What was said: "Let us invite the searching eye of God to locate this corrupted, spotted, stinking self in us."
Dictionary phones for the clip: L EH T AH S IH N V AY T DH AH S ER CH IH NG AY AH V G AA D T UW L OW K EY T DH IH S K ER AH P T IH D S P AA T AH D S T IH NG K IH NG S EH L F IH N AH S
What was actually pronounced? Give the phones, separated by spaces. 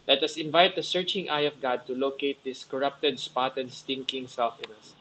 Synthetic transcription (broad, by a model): L EH T AH S IH N V AY T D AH S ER CH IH NG AY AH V G AA D T UW L OW K EY T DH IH S K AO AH P T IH D S P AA T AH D S T IH NG K IH NG S EH L F IH N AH S